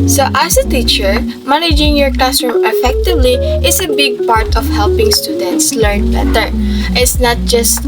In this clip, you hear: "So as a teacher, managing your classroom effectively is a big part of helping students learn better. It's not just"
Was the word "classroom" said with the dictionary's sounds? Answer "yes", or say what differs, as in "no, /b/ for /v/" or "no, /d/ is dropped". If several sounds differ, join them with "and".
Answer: no, /l/ is dropped